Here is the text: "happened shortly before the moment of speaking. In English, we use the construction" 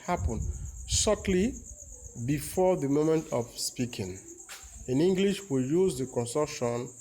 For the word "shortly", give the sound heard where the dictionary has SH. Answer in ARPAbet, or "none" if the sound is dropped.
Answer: S